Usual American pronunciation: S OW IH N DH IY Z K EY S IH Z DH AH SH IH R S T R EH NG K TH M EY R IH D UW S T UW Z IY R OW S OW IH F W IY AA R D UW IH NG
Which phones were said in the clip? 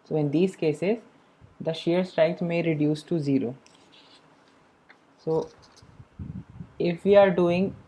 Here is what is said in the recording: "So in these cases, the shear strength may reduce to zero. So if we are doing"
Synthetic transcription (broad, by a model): S OW IH N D IY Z K EY S IH Z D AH SH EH R S T R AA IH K S M EY R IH D UW S T UW Z IY R OW S OW IH F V IY AA R D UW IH NG